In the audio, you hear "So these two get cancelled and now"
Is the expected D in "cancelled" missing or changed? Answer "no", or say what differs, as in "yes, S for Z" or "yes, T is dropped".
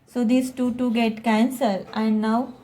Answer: yes, D is dropped